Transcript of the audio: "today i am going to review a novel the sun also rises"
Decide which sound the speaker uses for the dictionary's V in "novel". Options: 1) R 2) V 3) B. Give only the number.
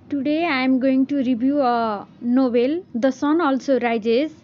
3